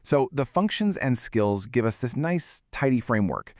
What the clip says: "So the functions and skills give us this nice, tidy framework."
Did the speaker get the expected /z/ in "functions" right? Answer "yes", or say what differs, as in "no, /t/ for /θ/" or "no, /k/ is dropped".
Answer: yes